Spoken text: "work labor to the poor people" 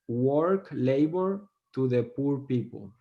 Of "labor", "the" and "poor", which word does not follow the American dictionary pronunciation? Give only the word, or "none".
none